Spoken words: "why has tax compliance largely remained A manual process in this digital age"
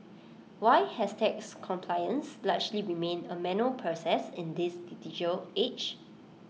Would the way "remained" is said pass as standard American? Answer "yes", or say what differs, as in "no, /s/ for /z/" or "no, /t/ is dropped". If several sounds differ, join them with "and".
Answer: no, /d/ is dropped